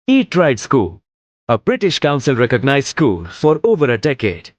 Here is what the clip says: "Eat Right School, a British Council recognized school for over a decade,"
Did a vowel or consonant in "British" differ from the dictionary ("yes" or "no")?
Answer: no